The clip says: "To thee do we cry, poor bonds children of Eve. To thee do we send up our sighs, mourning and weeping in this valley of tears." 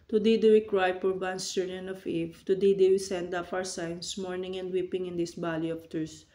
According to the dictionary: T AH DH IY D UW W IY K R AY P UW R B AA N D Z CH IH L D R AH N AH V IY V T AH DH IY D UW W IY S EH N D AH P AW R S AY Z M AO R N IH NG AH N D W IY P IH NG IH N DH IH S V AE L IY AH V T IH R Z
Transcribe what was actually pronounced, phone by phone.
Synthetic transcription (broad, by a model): T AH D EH D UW W IY K R AY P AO R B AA N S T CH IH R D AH N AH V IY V T AH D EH D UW W IY S EH N D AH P AW R S AY S M AO R N IH NG AH N D W IY P IH NG IH N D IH S B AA L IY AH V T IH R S